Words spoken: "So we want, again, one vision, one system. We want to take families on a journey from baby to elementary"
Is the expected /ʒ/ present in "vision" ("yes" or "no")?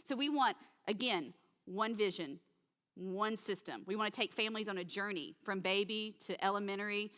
yes